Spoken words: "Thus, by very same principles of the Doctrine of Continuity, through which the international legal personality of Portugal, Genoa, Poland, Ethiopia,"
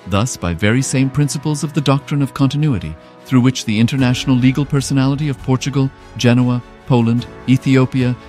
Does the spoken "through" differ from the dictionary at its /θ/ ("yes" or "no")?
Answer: no